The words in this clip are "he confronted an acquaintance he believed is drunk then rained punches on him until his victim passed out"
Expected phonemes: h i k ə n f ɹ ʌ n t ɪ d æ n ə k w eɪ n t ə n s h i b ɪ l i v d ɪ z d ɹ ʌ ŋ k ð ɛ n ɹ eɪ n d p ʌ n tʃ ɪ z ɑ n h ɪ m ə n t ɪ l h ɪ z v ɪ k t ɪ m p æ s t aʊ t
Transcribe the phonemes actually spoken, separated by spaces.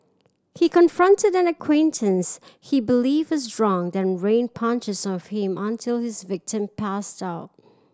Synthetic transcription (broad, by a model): h i k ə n f ɹ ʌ n t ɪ d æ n ə k w eɪ n t ə n s h i b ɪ l i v ɪ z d ɹ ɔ ŋ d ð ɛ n ɹ eɪ n p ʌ n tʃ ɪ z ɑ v h ɪ m ə n t ɪ l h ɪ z v ɪ k t ɪ m p æ s t aʊ t